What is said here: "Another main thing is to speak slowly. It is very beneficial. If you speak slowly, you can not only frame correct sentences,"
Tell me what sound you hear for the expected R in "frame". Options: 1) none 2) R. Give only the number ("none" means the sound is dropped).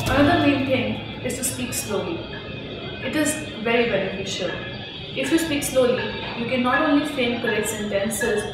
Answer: 1